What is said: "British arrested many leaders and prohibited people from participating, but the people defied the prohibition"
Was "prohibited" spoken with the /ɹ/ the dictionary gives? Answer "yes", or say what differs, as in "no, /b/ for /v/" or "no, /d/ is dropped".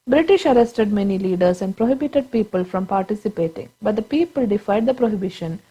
yes